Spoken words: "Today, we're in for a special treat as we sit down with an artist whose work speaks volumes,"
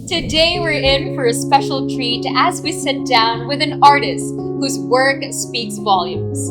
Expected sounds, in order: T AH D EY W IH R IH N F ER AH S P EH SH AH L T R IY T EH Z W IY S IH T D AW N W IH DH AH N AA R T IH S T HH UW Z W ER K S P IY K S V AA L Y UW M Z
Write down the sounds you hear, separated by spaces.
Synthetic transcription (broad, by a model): T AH D EY W IH R IH N F ER AH S P EH SH L T R IY T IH Z W IY S IH T D AW N W IH DH AH N AA R T IH S T HH UW Z W ER K S P IY K S V AA L Y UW M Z